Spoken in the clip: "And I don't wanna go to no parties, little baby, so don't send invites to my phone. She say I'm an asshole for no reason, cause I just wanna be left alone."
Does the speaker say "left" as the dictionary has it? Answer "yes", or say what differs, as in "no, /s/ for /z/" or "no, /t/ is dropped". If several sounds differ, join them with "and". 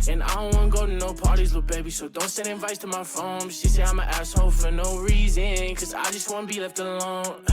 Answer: yes